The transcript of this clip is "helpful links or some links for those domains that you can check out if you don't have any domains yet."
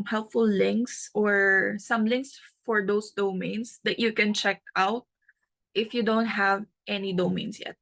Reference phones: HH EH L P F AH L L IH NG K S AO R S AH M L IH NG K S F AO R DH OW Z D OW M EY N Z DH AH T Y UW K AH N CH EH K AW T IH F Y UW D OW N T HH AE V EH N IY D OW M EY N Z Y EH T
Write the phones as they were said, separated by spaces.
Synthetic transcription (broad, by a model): HH EH L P F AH L L IH NG K S AO R S AH M L IH NG K S F AO R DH OW S D OW M EY N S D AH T Y UW K AH N CH EH K AW T IH F Y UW D OW N T HH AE V EH N IY D OW M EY N S Y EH T